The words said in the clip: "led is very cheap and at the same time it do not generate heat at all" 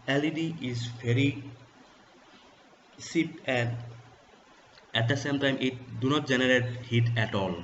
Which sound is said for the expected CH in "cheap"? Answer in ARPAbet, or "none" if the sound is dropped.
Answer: S